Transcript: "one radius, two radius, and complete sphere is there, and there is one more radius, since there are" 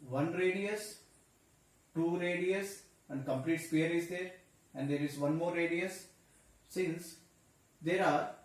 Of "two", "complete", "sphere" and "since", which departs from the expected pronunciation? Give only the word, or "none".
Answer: sphere